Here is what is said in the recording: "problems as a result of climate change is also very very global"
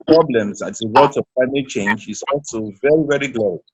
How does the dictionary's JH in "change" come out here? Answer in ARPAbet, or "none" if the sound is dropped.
JH